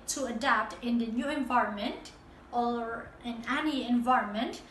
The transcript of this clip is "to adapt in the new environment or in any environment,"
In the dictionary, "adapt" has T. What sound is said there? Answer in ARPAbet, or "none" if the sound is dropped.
T